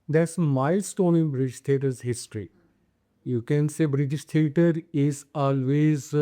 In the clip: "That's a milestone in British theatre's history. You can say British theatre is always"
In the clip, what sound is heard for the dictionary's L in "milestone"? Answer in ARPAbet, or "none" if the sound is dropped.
none